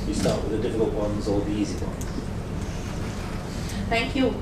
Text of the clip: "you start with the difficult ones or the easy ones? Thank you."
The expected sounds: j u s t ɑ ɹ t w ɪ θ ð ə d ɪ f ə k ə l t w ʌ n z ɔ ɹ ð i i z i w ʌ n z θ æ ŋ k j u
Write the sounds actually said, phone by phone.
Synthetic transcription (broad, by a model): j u s t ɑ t w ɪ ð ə d ɪ f ə k ə l t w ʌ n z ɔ l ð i i z i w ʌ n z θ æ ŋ k j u